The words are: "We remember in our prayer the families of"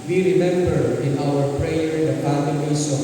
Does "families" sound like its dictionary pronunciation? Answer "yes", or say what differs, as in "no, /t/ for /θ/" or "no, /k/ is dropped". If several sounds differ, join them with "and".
no, /p/ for /f/